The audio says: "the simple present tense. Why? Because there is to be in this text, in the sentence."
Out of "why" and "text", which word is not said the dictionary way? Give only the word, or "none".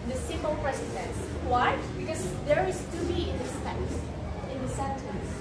text